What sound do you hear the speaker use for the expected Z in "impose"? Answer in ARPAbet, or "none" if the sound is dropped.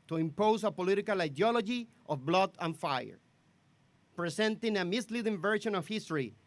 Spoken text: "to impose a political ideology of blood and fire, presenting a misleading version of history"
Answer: S